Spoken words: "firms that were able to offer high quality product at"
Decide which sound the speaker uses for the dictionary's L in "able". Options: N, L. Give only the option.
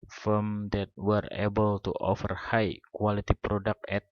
L